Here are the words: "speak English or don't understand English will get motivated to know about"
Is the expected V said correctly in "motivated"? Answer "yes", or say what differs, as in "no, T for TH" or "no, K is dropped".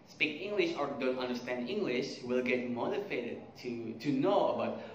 no, F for V